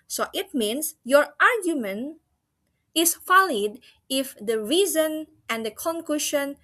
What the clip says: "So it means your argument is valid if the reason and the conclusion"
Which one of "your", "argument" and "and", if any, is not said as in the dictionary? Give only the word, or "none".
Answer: argument